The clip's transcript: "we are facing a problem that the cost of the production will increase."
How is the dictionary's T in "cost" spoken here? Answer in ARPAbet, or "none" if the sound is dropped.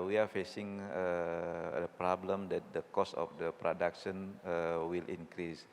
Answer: none